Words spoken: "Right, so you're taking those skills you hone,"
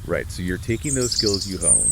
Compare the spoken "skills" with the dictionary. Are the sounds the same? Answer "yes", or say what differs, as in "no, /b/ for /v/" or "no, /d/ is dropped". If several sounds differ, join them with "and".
yes